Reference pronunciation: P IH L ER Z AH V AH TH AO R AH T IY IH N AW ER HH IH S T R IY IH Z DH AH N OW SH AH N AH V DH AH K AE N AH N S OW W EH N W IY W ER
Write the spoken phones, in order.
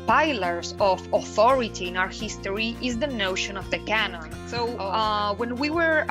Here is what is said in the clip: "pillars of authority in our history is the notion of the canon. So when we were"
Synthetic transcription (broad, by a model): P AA L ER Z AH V AH TH AO R AH T IY IH N AW ER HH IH S T R IY IH Z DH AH N OW SH AH N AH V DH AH K AE N AH N S OW W EH N W IY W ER